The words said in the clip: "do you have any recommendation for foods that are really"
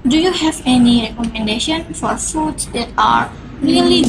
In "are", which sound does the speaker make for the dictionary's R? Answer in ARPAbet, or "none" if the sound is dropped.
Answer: R